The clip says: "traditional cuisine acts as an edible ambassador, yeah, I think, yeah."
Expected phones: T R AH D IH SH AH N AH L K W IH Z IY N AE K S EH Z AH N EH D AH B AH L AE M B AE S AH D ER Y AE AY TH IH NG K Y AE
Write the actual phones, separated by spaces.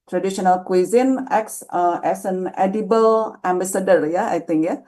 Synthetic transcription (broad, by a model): T R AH D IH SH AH N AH L K W IH Z IY N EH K S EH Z AH N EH D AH B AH L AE M B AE S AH D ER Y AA AY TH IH NG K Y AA